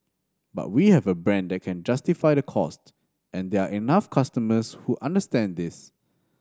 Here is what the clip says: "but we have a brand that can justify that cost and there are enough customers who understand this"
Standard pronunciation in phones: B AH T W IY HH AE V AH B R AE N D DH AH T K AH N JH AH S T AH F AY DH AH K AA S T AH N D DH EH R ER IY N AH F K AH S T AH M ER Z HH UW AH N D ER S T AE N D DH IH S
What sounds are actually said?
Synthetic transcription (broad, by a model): B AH T W IY HH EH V AH B R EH N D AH T K AH N JH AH S T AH F AY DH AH K AA S T AH N D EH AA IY N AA F K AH S T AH M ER S HH UW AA N D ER S T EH N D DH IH S